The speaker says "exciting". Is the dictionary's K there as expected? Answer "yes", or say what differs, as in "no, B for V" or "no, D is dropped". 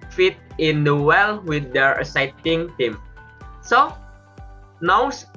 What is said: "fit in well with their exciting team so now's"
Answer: no, K is dropped